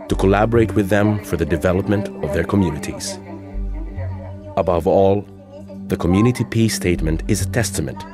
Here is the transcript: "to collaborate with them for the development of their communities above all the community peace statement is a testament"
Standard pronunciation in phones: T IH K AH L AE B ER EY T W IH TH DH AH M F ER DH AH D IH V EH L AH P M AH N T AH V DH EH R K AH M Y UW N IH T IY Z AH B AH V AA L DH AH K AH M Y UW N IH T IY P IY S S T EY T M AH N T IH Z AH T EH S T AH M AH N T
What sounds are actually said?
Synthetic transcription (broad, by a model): T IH K AH L AE B ER EY T W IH DH AH M F ER DH AH D IH V EH L AH P M AH N T AH V DH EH R K AH M Y UW N IH T IY Z AH B AH V AA L DH AH K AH M Y UW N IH T IY P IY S S T EY T M AH N T IH Z AH T EH S T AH M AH N T